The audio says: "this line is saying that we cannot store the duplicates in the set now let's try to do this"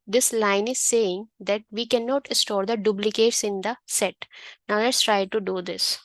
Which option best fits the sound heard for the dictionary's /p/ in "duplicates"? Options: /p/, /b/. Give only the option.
/b/